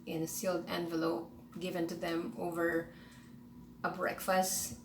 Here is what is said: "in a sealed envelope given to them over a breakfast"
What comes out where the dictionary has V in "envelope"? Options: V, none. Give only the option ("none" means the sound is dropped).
V